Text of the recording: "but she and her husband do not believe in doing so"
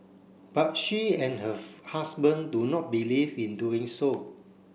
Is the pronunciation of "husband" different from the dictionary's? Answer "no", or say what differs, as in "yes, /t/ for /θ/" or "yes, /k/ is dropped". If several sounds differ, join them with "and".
yes, /s/ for /z/